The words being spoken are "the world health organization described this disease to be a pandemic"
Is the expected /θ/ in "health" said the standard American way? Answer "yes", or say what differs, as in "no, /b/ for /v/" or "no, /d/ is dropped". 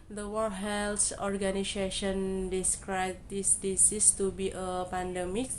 no, /s/ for /θ/